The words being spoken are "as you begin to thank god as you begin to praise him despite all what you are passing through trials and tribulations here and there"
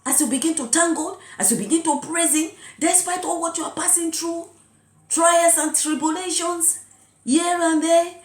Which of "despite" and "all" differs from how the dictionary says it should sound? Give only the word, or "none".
none